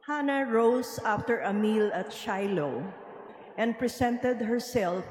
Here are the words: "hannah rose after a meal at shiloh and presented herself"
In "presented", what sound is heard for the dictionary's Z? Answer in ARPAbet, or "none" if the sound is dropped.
S